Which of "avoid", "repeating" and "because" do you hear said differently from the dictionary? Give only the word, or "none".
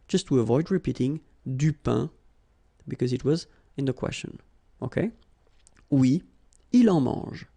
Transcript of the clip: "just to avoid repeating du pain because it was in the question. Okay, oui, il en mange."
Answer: none